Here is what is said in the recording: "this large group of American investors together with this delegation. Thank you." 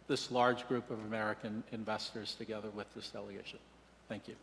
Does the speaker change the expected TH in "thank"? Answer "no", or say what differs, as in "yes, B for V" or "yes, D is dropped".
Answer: no